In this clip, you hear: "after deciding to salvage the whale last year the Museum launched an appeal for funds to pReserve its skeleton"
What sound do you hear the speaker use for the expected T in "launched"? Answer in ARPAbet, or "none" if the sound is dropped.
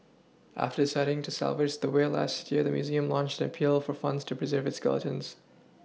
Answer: T